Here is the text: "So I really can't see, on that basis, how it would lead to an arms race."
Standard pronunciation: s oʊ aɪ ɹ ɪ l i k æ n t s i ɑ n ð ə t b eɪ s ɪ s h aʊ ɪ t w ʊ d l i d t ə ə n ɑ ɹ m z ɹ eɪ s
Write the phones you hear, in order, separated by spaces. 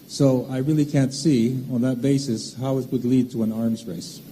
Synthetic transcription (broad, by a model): s oʊ aɪ ɹ ɪ l i k æ n t s i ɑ n ð ə t b eɪ s ɪ s h aʊ ɪ t w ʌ d l i d t ə ə n ɑ ɹ m z ɹ eɪ s